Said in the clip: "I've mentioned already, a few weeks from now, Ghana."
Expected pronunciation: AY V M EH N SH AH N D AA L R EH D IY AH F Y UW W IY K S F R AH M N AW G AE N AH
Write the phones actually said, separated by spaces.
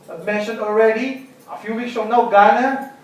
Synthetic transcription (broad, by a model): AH M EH N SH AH N AA L R EH D IY AH F Y UW W IY K S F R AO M N AW G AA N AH